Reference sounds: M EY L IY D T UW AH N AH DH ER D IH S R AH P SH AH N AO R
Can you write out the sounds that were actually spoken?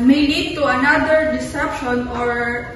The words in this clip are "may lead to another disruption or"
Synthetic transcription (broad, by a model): M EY L IY D T UW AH N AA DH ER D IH S EH P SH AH N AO R